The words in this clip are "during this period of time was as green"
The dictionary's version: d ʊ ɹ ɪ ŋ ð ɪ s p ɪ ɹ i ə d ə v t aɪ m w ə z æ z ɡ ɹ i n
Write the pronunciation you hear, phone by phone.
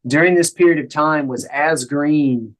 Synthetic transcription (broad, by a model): d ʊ ɹ ɪ ŋ ð ɪ s p ɪ ɹ i ə d ə v t aɪ m w ə z æ z ɡ ɹ i n